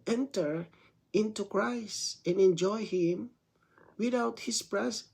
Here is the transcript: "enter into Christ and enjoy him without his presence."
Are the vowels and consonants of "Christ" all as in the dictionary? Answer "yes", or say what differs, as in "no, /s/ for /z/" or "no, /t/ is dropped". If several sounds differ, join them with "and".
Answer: yes